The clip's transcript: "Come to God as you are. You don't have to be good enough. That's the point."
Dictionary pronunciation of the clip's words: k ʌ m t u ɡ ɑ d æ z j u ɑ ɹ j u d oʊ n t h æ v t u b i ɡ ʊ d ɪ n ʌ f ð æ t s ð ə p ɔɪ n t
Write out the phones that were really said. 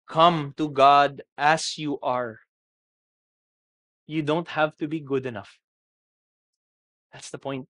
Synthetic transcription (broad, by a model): k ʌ m t u ɡ ɑ d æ s j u ɑ ɹ j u d oʊ n t h æ v t u b i ɡ ʊ d ɪ n ʌ f ð æ t s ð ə p ɔɪ n t